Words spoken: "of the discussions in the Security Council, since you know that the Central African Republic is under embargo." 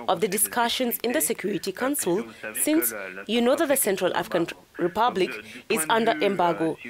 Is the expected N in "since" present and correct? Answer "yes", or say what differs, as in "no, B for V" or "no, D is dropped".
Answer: yes